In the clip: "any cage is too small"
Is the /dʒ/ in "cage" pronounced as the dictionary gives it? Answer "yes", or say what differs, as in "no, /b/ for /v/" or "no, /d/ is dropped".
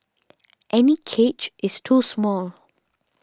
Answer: no, /tʃ/ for /dʒ/